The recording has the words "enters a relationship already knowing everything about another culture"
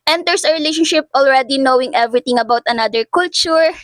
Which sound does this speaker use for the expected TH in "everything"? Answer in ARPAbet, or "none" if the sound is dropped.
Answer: T